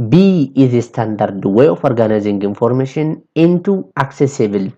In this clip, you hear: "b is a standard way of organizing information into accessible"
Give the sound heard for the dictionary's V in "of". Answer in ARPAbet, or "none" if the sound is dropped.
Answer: F